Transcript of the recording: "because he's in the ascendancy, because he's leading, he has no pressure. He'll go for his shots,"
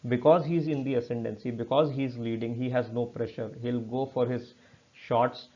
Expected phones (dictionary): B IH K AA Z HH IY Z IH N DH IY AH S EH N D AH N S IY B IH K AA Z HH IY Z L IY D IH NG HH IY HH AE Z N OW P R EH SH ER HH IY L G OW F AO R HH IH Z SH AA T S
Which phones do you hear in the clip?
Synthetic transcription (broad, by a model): B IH K AA Z HH IY Z IH N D IY AH S EH N D AH N S IY B IH K AA Z HH IY Z L IY D IH NG HH IY HH AE Z N OW P R EH SH ER HH IY L G OW F AO R HH IH Z SH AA T S